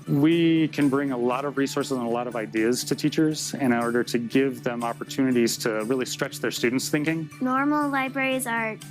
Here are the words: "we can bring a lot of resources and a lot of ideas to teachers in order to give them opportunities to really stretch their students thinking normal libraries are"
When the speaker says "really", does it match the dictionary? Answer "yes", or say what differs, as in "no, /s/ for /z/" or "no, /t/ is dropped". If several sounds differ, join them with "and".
yes